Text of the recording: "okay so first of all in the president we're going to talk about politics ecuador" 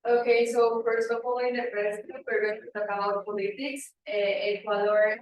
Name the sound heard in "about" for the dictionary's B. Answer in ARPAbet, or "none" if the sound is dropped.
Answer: none